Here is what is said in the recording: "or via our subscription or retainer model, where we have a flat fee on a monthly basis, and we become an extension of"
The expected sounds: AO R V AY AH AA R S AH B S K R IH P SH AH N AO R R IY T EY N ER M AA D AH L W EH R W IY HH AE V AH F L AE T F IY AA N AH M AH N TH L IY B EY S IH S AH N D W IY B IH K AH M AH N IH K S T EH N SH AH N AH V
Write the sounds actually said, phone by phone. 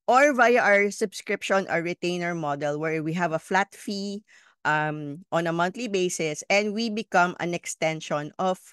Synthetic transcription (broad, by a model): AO R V AY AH AA R S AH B S K R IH P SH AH N AO R R IY T EY N ER M AA D AH L W EH R W IY HH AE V AH F L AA T F IY AA N AH M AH N T L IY B EY S IH S AH N D W IY B IH K AH M AH N IH K S T EH N SH AH N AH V